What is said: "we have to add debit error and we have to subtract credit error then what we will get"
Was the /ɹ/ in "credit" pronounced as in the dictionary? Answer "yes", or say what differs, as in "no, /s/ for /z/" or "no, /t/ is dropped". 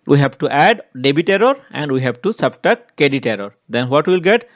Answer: no, /ɹ/ is dropped